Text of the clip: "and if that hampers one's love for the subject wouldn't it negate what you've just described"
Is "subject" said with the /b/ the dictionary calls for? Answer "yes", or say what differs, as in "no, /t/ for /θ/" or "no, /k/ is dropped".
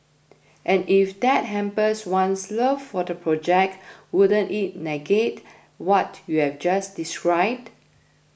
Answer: no, /b/ is dropped